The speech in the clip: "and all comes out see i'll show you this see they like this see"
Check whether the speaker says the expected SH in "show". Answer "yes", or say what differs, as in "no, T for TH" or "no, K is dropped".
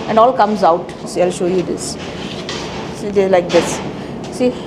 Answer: yes